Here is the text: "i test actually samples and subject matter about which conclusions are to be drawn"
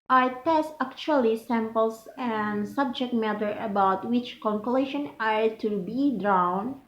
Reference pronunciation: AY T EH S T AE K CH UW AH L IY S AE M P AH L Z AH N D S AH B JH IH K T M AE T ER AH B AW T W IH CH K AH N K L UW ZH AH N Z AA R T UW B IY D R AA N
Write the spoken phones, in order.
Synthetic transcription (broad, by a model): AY T EH S T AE K CH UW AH L IY S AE M P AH L S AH N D S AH B JH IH K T M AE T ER AH B AW T W IH CH K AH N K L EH SH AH N AA R T UW B IY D R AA N